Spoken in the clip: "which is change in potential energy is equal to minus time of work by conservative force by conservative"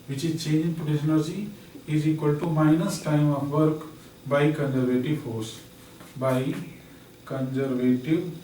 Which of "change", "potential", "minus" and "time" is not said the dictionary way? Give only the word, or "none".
potential